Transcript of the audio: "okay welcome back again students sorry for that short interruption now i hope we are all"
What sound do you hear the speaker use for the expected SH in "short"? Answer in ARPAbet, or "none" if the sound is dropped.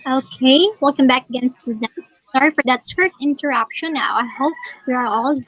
S